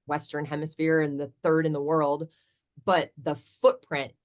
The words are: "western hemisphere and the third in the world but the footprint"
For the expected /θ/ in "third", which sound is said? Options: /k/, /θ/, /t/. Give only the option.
/θ/